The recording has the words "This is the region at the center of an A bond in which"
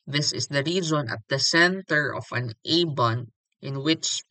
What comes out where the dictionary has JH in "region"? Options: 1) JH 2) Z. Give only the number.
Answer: 2